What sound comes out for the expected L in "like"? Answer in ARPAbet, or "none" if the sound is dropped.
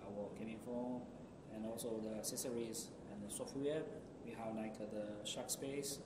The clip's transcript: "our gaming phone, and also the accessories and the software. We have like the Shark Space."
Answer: N